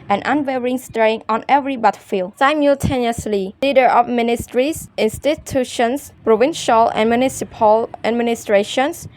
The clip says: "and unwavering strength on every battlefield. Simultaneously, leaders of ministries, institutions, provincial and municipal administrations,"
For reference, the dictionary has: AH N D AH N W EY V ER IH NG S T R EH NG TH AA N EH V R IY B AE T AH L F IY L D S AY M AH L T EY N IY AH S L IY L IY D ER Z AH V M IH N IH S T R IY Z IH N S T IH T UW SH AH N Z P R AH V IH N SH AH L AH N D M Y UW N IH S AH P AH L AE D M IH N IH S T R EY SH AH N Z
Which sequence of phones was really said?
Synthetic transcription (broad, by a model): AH N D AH N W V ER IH NG S T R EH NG AA N EH V R IY B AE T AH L F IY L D S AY M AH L T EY N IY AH S L IY L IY D ER AH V M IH N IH S T R IY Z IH N S T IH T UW SH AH N S P R AH V IH N SH AH L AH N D M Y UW N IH S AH P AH L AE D M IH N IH S T R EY SH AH N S